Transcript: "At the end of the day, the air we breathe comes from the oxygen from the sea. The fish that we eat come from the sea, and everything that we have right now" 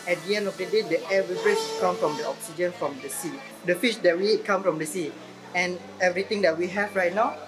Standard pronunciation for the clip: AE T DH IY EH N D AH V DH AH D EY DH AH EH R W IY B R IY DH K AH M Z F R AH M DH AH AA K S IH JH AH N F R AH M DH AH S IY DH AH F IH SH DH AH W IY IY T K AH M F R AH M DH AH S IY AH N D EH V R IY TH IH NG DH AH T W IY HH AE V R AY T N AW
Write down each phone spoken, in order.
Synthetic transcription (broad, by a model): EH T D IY EH N D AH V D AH D EY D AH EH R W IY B R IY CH K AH M F R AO M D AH AA K S IH JH AH N F R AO M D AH S IY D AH F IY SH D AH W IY IY T K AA M F R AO M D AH S IY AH N EH V R IY T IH NG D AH T W IY HH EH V R AY T N AW